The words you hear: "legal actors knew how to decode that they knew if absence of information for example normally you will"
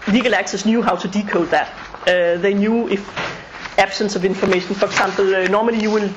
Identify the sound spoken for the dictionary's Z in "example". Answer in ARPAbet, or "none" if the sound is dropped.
S